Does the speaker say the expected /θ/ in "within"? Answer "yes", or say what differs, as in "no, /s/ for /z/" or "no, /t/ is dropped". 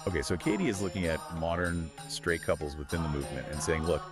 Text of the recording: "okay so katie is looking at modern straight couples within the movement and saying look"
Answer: yes